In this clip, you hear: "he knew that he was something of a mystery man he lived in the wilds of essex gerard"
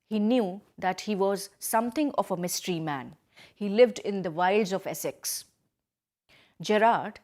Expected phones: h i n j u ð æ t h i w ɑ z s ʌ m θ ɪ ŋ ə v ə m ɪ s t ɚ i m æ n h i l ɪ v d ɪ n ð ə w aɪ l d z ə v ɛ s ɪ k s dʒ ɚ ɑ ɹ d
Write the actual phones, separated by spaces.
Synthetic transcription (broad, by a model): h i n j u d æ t h i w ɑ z s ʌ m t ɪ ŋ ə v ə m ɪ s t ɚ i m æ n h i l ɪ v d ɪ n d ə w aɪ l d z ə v ɛ s ɪ k s dʒ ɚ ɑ ɹ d